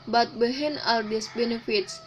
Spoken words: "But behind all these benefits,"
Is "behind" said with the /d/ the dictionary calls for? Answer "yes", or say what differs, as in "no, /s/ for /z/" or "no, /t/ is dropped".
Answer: no, /d/ is dropped